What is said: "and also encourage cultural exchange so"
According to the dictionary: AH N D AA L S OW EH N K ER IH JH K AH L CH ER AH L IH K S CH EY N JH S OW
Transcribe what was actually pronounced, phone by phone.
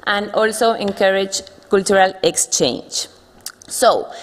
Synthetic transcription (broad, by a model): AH N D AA L S OW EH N K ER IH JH K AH L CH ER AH L IH K S CH EY N JH S OW